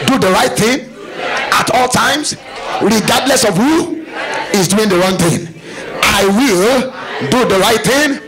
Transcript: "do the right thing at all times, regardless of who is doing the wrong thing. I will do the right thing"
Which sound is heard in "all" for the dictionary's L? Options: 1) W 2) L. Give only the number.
2